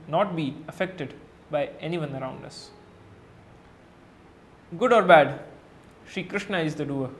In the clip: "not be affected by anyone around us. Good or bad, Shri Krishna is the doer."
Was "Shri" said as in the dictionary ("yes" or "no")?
no